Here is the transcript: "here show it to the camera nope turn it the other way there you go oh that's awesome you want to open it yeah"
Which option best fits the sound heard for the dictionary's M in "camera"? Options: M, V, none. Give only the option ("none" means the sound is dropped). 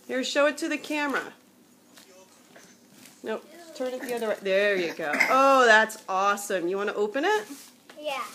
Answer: M